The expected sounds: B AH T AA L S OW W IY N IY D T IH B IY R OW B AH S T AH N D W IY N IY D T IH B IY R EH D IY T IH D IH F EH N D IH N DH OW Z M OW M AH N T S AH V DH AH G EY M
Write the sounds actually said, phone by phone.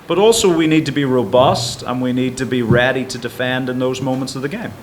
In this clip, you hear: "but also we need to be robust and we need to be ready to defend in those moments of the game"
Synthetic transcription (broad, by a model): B AH T AA L S OW W IY N IY D T IH B IY R OW B AH S T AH N W IY N IY D T IH B IY R EH D IY T IH D IH F EH N D IH N DH OW Z M OW M AH N T S AH V DH AH G EY M